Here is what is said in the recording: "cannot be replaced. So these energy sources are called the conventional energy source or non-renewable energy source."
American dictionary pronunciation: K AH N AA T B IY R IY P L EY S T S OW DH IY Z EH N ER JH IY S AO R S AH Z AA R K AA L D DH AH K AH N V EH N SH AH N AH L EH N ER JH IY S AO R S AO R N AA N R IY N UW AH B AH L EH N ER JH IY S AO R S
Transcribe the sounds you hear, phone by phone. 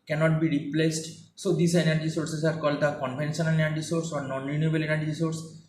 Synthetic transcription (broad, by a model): K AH N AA T B IY R IY P L EY S T S OW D IY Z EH N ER JH IY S AO R S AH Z AA R K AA L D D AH K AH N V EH N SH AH N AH N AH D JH IY S AO R S AO R N AA N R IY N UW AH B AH L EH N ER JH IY S AO R S